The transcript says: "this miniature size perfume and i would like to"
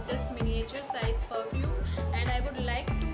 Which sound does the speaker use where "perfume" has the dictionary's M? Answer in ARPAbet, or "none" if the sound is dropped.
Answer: none